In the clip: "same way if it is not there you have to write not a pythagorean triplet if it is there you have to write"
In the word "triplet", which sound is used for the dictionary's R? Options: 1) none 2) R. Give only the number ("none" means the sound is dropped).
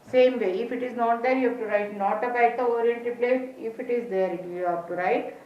1